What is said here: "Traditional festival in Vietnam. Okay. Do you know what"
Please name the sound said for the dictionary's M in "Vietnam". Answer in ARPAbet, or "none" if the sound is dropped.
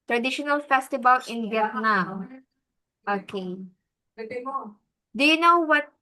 none